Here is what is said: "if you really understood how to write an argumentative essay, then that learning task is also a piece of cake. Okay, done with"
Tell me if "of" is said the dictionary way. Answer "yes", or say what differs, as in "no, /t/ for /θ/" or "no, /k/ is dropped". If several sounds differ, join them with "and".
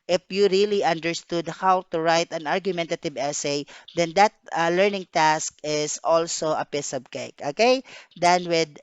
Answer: no, /b/ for /v/